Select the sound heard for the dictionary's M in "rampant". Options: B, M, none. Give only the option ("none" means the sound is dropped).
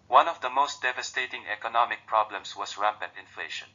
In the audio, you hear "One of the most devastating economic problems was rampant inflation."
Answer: none